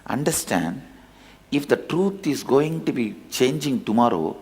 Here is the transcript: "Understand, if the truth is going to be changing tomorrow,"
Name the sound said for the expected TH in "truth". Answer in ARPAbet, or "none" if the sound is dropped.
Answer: T